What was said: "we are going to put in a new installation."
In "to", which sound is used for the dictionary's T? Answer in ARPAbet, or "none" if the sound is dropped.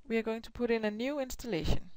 S